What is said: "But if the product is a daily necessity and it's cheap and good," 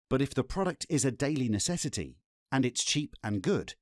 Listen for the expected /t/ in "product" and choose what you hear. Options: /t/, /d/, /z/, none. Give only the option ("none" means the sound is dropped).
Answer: /t/